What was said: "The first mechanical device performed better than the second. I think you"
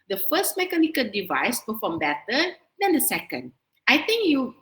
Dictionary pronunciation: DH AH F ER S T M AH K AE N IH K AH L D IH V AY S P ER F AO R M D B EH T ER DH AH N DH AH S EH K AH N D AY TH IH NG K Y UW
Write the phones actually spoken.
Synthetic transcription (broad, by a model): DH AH F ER S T M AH K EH N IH K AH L D IH V AY S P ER F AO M B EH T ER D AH N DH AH S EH K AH N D AY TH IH NG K Y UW